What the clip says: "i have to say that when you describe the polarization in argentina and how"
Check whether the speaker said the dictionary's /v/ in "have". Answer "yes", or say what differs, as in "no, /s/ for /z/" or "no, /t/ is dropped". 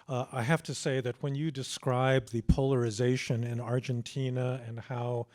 no, /f/ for /v/